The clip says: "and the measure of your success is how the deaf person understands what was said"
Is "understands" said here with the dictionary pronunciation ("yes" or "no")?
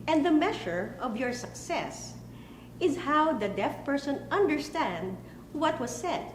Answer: no